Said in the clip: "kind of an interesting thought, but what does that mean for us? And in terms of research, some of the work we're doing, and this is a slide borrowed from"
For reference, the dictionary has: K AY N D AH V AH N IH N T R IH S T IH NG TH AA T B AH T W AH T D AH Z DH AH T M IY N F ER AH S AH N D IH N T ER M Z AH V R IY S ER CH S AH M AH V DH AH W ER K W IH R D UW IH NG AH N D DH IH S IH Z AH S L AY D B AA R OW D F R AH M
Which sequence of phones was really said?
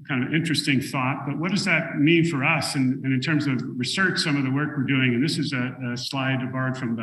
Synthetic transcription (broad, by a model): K AY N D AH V IH N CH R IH S T IH NG TH AA T B AH T W AH T D AH Z DH AH T M IY N F ER AH S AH N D IH N T ER M Z AH V R IY S ER CH S AH M AH V DH AH W ER K W IH R D UW IH NG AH N DH IH S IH Z AH S L AY D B AA R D F R AH M